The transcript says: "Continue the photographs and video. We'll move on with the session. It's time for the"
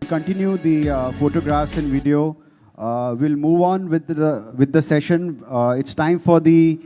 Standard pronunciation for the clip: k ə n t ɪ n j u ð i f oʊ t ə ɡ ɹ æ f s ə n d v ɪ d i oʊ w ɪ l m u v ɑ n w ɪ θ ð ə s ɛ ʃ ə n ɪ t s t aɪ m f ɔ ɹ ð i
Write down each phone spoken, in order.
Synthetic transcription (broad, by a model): k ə n t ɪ n j u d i f oʊ t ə ɡ ɹ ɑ f s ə n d v ɪ d i oʊ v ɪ l m u v ɑ n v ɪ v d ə s ɛ ʃ ə n ɪ t s t aɪ m f ɔ ɹ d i